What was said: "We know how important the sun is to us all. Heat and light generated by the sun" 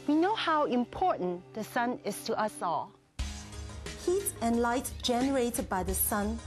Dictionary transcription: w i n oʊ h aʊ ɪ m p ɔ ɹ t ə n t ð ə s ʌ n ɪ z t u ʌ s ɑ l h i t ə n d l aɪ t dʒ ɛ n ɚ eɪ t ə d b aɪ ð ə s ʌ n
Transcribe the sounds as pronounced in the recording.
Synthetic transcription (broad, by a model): w i n oʊ h aʊ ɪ m p ɔ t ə n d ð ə s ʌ n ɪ s t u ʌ s ɑ l h i t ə n l aɪ t dʒ ɛ n ɚ eɪ t ə d b aɪ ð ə s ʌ n